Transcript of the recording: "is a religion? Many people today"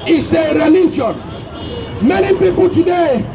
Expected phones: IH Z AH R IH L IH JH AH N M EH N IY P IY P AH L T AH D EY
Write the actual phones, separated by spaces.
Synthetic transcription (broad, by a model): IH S AH R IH N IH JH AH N M EH N IY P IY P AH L T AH D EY